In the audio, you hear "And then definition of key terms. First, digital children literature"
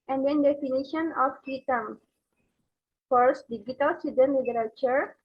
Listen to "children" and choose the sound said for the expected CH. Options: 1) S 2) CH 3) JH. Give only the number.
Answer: 1